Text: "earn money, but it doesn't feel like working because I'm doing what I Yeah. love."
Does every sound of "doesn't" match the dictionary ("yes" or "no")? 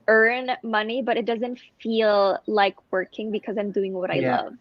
yes